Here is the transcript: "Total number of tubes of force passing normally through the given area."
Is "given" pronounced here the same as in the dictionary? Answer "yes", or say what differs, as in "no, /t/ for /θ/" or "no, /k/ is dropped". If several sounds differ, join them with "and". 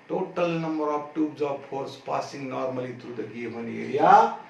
no, /b/ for /v/